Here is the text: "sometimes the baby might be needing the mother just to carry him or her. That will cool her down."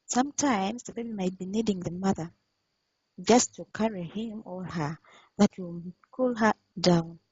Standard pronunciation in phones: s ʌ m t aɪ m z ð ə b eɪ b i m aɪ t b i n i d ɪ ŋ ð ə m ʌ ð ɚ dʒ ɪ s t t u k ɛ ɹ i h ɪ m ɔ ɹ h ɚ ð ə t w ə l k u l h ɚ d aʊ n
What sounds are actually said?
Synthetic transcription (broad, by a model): s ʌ m t aɪ m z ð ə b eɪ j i m aɪ t b i n i d ɪ ŋ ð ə m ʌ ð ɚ dʒ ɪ s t t u k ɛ ɹ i h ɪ m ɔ l h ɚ ð ə t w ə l k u l h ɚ d aʊ n